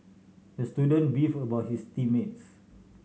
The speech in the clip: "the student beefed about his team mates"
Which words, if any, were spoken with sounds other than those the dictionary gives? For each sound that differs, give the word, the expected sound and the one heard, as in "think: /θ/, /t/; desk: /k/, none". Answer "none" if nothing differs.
beefed: /t/, none; his: /z/, /s/